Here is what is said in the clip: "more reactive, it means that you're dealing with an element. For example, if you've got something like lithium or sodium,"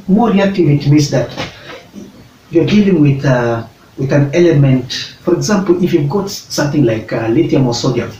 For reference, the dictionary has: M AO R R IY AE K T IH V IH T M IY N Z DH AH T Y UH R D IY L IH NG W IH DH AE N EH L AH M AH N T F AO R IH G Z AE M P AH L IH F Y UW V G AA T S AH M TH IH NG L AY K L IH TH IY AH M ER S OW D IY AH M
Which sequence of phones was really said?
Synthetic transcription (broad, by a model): M AO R R IY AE K T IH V IH T M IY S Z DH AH T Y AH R D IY L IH NG W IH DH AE N EH L AH M AH N T F AO R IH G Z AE M P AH L IH F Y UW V G AA T S AH M TH IH NG L AY K L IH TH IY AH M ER S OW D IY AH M